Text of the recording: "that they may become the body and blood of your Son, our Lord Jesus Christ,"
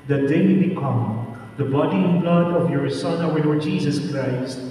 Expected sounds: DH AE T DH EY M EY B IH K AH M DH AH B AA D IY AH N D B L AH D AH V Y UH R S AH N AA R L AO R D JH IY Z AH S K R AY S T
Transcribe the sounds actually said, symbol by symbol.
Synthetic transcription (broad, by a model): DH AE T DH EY M EY B IH K AH M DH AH B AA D IY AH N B L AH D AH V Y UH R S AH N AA W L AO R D JH IY Z AH S K R AY S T